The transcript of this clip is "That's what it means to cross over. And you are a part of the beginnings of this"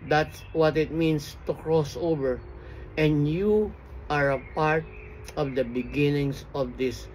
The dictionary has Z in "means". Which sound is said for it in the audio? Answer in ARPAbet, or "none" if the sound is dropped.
S